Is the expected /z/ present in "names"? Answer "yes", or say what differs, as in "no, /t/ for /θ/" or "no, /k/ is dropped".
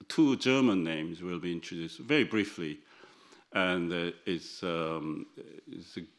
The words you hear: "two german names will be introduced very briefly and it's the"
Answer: yes